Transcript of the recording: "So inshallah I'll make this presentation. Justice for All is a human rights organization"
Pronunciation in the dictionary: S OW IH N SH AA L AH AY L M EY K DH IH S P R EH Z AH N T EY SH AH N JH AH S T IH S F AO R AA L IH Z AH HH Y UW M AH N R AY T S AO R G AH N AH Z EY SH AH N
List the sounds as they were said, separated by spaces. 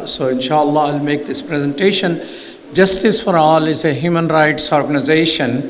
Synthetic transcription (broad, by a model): S OW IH N SH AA L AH AY L M EY K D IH S P R EH Z AH N T EY SH AH N JH AH S T IH S F AO R AA L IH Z AH HH Y UW M AH N R AY T S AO R G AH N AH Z EY SH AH N